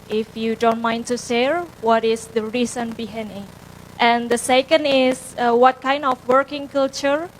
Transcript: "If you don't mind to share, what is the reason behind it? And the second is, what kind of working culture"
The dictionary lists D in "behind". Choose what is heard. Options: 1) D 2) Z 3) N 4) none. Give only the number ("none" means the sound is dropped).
4